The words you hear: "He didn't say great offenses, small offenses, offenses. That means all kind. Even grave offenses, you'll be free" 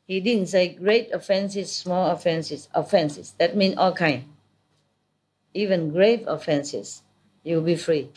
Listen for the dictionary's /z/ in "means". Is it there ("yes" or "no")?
no